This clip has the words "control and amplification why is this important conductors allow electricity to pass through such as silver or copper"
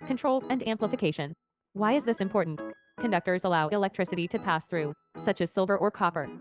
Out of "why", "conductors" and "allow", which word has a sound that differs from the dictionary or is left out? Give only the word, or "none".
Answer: none